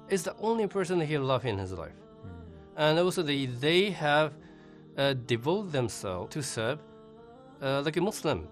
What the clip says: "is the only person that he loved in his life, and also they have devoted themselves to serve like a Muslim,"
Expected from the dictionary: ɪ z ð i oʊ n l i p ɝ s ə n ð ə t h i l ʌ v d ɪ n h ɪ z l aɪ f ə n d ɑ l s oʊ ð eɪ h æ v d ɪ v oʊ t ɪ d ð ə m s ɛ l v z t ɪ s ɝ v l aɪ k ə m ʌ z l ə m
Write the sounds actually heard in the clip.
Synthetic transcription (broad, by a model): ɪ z ð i oʊ n l i p ɝ s ə n ð ə t h i l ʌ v ɪ n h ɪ z l aɪ f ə n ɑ l s oʊ ð eɪ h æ v d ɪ v oʊ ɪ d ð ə m s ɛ l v t ɪ s ɝ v l aɪ k ə m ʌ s l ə m